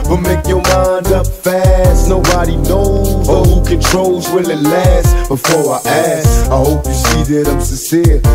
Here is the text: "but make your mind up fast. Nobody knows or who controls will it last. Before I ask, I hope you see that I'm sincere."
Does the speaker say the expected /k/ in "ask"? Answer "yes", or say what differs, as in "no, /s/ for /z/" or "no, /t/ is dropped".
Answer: no, /k/ is dropped